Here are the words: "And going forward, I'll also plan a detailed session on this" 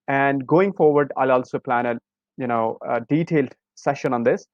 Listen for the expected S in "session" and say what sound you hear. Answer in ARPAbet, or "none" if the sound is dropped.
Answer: S